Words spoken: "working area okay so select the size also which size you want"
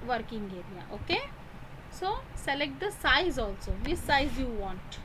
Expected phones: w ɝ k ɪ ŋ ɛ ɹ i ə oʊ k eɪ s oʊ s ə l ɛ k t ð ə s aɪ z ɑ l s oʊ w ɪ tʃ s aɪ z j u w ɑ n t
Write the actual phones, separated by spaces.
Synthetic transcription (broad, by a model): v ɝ k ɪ ŋ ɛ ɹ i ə oʊ k eɪ s oʊ s ə l ɛ k t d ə s aɪ z ɑ l s oʊ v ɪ s s aɪ z j u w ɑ n t